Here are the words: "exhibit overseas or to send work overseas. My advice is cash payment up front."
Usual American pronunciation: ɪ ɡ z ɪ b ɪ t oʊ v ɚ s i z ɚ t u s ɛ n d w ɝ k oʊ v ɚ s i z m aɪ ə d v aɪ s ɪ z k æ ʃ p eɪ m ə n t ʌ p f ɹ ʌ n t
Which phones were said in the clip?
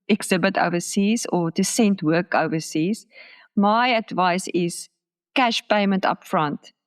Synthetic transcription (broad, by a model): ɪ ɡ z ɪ b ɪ t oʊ v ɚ s i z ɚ t u s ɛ n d w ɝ k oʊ v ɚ s i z m aɪ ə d v aɪ s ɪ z k æ ʃ p eɪ m ə n t ʌ p f ɹ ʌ n t